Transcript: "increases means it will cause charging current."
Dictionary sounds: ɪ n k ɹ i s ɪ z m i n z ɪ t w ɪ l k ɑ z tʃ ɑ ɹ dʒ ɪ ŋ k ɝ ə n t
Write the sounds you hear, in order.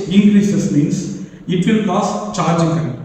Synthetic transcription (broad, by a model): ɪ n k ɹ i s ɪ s m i n s ɪ t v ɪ l k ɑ s tʃ ɑ ɹ dʒ ɪ ŋ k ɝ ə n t